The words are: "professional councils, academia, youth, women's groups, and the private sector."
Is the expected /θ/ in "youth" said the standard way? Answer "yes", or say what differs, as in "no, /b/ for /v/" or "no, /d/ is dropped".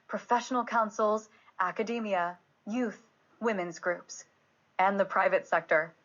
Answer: yes